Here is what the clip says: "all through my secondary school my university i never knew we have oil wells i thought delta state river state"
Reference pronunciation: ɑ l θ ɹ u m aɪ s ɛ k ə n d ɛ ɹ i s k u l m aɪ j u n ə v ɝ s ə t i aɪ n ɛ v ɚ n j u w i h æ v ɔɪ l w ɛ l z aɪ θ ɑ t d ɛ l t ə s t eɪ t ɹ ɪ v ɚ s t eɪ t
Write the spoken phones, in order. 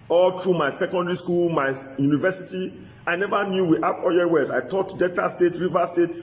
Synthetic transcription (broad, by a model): ɑ l t ɹ u m aɪ s ɛ k ə n d ɛ ɹ i s k u l m aɪ j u n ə v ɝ s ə t i aɪ n ɛ v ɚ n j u w i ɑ p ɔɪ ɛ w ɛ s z aɪ t ɑ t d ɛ t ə s t eɪ t ɹ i v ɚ s t eɪ t